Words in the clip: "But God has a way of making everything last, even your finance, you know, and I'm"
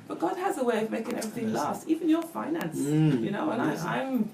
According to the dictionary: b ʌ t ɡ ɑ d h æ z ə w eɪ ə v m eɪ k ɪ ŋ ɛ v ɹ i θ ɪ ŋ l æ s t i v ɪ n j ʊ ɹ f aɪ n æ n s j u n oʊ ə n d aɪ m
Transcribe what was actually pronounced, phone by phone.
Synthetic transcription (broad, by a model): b ʌ t ɡ ɑ d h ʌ z ə w eɪ ə v m eɪ k ɪ ŋ ɛ v ɹ i θ ɪ ŋ l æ s t i v ɪ n j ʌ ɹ f aɪ n æ n s j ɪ n oʊ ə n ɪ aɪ m